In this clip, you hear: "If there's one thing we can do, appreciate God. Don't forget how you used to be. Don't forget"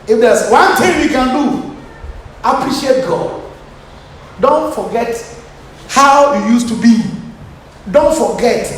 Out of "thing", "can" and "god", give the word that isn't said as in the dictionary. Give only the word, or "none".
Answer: thing